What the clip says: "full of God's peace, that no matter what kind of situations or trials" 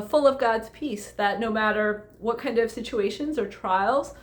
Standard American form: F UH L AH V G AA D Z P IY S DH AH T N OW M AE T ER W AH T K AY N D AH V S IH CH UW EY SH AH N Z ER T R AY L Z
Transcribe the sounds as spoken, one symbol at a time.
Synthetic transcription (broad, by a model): F UH L AH V G AA D Z P IY S DH AH T N OW M AE T ER W AH T K AY N D AH V S IH CH UW EY SH AH N Z ER T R AY L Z